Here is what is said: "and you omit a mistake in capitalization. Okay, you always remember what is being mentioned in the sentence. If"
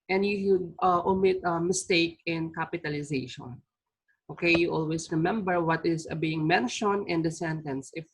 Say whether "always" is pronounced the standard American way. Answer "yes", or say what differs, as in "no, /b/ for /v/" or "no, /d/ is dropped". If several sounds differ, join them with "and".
no, /s/ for /z/